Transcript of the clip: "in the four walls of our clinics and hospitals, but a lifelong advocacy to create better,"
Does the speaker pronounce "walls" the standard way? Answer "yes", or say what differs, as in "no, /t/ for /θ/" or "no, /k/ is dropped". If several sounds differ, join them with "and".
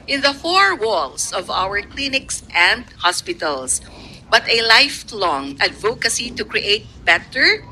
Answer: no, /s/ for /z/